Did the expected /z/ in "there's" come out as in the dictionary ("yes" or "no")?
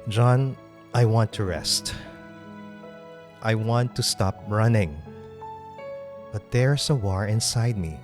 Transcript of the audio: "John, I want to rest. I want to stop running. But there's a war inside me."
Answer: no